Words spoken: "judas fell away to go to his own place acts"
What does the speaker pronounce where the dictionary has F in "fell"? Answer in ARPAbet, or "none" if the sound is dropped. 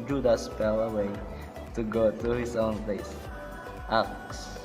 P